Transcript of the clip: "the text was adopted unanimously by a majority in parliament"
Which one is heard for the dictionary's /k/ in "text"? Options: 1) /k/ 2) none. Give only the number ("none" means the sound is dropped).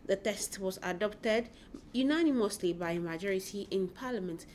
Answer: 2